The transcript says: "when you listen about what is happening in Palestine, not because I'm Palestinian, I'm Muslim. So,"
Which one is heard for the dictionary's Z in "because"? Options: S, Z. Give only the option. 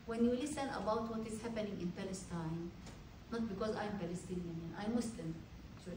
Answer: Z